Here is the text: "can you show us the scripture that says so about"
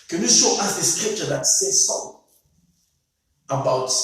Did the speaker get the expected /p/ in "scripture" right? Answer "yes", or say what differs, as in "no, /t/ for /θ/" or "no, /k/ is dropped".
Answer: yes